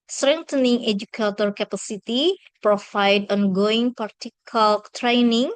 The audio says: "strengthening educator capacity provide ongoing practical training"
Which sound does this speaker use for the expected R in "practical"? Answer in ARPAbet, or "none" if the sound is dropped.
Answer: none